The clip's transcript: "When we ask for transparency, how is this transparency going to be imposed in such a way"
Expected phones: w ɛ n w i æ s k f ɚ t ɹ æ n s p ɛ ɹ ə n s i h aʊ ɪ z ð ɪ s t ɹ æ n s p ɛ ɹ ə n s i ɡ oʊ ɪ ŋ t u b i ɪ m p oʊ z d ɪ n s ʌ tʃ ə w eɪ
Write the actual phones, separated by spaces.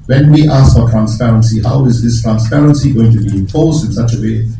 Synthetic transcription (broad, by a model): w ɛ n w i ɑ s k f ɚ t ɹ æ n s p ɛ ɹ ə n s i h aʊ ɪ z ð ɪ s t ɹ æ n s p ɛ ɹ ə n s i ɡ oʊ ɪ ŋ t u b i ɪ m f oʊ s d ɪ n s ʌ tʃ ə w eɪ